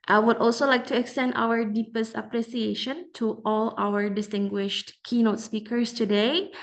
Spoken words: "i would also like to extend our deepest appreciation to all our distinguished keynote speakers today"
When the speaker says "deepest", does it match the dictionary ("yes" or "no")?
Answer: yes